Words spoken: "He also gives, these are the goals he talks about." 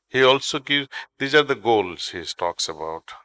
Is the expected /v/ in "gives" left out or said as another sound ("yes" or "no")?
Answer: yes